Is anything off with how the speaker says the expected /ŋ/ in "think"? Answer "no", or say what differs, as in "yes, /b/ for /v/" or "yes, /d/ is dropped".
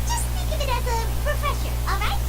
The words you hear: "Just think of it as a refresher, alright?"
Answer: yes, /ŋ/ is dropped